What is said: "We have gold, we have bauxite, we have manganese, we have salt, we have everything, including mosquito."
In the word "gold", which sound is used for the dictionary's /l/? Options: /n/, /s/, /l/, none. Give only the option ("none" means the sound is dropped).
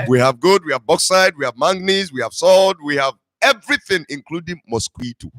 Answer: none